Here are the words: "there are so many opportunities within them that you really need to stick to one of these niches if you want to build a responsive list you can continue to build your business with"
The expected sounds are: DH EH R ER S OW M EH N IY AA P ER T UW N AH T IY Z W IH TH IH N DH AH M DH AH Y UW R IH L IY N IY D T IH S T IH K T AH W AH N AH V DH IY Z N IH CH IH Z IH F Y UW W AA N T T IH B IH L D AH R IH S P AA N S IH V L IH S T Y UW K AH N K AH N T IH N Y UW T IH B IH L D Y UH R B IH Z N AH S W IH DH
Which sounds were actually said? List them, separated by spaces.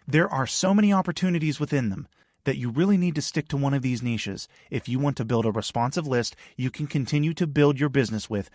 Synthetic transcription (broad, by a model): DH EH R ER S OW M EH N IY AA P ER T UW N AH T IY Z W IH TH IH N DH AH M DH AH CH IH R IH L IY N IY D T IH S T IH K T AH W AH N AH V DH IY Z N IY SH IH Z IH F Y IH W AA N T T IH B IH L D AH R IH S P AA N S IH V L IH S T Y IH K AH N K AH N T IH N Y UW T IH B IH L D Y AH R B IH Z N AH S W IH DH